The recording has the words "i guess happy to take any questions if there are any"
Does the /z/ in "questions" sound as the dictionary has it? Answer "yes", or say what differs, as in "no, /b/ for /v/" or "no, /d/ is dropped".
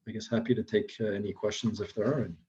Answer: yes